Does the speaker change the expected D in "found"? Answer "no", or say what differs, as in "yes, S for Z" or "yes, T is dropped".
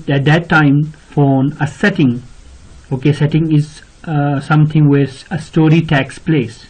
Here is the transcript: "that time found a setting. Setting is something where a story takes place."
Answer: yes, D is dropped